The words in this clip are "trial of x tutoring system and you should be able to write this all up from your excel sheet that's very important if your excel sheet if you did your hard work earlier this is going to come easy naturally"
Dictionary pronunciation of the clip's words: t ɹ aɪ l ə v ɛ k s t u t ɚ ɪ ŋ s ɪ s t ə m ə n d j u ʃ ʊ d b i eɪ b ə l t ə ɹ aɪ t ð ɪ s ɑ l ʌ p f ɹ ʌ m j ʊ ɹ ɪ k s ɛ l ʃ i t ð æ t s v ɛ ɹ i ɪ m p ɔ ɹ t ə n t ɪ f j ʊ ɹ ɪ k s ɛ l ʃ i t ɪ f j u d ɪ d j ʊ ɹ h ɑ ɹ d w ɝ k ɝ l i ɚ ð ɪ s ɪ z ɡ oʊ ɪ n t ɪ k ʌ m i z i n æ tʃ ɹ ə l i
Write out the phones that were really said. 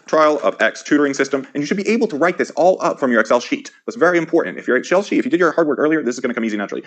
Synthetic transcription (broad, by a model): t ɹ aɪ l ə v ɛ k s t u t ɚ ɪ ŋ s ɪ s t ə m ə n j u ʃ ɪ d b i eɪ b l t ə ɹ aɪ t ð ɪ s ɑ l ʌ p f ɹ ʌ m j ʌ ɹ ɪ k s ɛ l ʃ i t ð æ t s v ɛ ɹ i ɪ m p ɔ ɹ t n t ɪ f j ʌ ɹ ɪ k s ɛ l ʃ i t ɪ f j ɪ d ɪ d j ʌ ɹ h ɑ ɹ d w ɝ k ɝ l i ɚ ð ɪ s ɪ z ɡ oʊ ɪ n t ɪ k ʌ m i z i n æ tʃ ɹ l i